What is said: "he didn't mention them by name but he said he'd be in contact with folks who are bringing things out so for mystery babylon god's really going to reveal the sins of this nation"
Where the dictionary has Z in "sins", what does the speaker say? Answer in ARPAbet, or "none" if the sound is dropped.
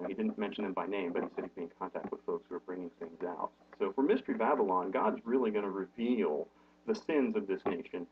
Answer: Z